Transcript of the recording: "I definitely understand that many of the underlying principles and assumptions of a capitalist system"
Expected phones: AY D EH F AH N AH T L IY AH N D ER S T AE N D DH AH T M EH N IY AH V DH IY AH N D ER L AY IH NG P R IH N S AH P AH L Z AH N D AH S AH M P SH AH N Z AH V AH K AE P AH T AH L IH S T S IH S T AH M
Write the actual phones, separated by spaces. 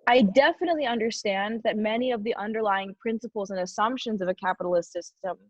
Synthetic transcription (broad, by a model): AY D EH F AH N AH T L IY AH N D ER S T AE N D DH AH T M EH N IY AH V DH IY AH N D ER L AY IH NG P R IH N S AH P L Z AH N AH S AH M P SH AH N Z AH V AH K AE P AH T L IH S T S IH S T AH M